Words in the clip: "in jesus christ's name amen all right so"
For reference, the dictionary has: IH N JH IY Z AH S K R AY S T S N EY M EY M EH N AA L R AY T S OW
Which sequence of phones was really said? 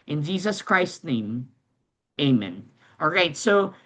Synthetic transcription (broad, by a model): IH N JH IY Z AH S K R AY S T N EY M EY M EH N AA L R AY T S OW